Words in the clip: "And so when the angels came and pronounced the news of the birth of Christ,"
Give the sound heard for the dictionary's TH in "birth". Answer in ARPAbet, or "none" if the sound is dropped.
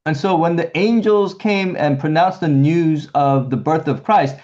TH